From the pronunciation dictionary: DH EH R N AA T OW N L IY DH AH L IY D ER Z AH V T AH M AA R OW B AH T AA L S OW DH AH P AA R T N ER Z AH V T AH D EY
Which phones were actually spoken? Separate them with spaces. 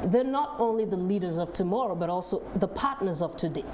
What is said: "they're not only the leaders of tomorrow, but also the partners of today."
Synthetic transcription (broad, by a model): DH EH R N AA T OW N L IY DH AH L IY D ER Z AH V T AH M AA R OW B AH T AA L S OW DH AH P AA R T N ER Z AH V T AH D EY